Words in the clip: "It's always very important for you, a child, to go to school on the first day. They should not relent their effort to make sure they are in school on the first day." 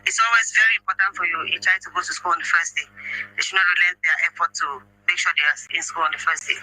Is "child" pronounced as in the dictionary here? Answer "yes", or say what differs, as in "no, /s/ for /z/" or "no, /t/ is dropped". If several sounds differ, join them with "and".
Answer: no, /l/ is dropped